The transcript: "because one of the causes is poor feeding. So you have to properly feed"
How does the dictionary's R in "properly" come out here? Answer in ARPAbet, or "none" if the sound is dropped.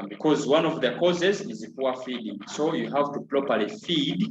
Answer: L